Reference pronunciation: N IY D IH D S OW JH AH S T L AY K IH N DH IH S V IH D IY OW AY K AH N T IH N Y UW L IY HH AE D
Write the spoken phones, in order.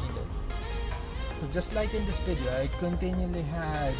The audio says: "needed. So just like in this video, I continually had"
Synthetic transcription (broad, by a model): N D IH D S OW JH AH S T L AY K IH N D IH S B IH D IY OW AY K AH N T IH N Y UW L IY HH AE